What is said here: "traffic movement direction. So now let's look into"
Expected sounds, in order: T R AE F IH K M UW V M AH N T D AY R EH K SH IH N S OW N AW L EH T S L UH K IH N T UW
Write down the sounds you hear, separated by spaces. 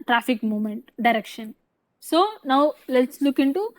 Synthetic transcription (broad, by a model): T R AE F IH K M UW M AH N T D AY R EH K SH IH N S OW N AW L EH T S L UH K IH N T UW